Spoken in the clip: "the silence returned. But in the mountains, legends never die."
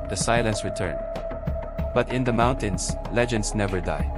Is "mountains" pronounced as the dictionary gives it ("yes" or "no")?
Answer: no